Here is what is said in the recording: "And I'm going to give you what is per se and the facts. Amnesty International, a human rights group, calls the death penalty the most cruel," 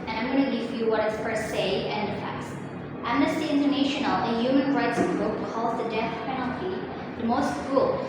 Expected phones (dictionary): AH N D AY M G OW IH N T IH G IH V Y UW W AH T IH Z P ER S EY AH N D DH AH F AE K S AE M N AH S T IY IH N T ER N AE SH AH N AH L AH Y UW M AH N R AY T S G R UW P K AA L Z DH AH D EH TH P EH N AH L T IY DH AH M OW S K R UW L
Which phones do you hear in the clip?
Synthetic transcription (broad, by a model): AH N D AY M G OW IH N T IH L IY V Y UW W AH T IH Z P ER S EY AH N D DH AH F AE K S AE M N AH S T IY IH N T ER N AE SH AH N AH L AH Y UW M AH N R AY T S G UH K AA L Z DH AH D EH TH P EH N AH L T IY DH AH M OW S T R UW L